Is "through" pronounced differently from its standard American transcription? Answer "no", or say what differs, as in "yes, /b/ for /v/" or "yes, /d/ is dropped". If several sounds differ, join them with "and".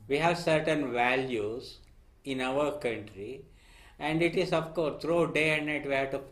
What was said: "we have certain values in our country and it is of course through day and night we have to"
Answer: yes, /t/ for /θ/